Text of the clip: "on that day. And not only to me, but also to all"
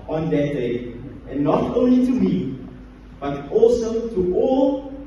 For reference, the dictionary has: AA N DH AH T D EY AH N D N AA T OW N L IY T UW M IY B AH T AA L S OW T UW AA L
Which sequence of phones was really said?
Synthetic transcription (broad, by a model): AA N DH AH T D EY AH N N AA T OW N L IY T UW M IY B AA T AA L S OW T UW AA L